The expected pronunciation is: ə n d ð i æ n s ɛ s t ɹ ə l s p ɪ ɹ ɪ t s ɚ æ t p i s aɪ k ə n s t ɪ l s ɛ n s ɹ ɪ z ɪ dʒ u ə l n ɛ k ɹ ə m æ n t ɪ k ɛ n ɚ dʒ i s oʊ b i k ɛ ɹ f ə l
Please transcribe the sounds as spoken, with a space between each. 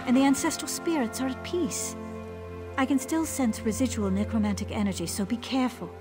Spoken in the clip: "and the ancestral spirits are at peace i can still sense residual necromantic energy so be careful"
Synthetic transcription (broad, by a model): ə n ð i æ n s ɛ s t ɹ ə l s p ɪ ɹ ɪ t s ɚ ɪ t p i s aɪ k ə n s t ɪ l s ɛ n s ɹ ɪ z ɪ dʒ u ə l n ɛ k ɹ ə m æ n t ɪ k ɛ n ɚ dʒ i s oʊ b i k ɛ ɹ f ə l